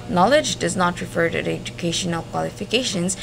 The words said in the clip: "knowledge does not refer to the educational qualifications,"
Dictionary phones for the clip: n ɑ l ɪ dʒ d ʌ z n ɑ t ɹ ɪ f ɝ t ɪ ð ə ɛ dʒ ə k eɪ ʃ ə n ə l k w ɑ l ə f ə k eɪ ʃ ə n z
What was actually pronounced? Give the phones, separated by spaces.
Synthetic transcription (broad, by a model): n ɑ l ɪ dʒ d ʌ z n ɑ t ɹ ɪ f ɝ t ɪ ɛ dʒ ə k eɪ ʃ ə n ə l k w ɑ l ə f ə k eɪ ʃ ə n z